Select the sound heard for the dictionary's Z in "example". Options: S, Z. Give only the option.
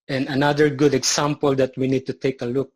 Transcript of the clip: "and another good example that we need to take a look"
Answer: S